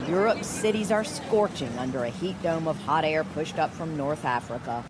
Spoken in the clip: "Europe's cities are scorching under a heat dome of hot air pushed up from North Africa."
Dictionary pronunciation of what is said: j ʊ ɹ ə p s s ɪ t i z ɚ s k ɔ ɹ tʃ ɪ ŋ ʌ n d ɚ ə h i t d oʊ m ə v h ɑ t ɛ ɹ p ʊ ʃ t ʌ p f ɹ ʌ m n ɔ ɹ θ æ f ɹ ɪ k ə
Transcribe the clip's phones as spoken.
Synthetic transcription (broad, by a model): j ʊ ɹ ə p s s ɪ t i z ɚ s k ɔ ɹ tʃ ɪ ŋ ʌ n d ɚ ə h i t d oʊ m ə v h ɑ t ɛ ɹ p ʊ ʃ t ʌ p f ɹ ʌ m n ɔ ɹ θ æ f ɹ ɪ k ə